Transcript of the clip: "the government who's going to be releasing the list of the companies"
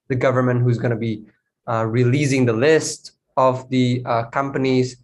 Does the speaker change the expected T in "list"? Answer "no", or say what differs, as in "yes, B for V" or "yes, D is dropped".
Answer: no